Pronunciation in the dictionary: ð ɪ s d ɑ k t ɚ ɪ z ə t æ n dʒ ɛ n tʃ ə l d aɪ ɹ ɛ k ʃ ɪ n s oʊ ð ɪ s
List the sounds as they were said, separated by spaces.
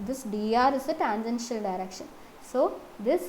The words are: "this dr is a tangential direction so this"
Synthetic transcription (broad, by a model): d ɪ s d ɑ t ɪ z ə t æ n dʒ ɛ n ʃ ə l d aɪ ɹ ɛ k ʃ ɪ n s oʊ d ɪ s